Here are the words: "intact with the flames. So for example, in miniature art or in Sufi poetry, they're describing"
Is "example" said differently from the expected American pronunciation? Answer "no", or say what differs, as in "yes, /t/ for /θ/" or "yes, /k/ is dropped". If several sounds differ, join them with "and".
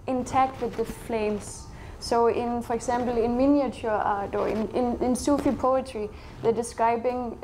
yes, /s/ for /z/